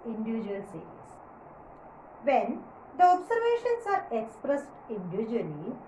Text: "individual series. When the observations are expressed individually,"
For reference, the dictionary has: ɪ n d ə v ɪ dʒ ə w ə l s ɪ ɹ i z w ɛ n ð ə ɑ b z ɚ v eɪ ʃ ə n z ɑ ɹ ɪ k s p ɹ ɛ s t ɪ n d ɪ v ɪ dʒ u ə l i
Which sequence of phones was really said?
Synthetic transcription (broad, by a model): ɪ n d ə v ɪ dʒ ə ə l s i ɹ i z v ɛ n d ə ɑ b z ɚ v eɪ ʃ ə n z ɑ ɹ ɪ k s p ɹ ɛ s t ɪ n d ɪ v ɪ dʒ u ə l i